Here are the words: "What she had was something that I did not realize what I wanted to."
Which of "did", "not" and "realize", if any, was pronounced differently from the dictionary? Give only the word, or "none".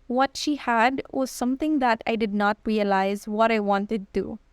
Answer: none